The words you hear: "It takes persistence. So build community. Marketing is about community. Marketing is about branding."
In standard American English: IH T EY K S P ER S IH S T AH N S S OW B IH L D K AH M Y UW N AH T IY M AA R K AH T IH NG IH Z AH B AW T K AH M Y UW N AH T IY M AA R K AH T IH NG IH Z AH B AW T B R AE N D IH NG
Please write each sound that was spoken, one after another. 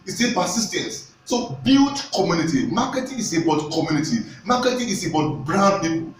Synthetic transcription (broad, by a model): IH S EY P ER S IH S T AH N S S OW B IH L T K AH M Y UW N AH T IY M AA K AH T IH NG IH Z AH B AW T K AH M Y UW N AH T IY M AA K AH T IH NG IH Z AH B AW T B R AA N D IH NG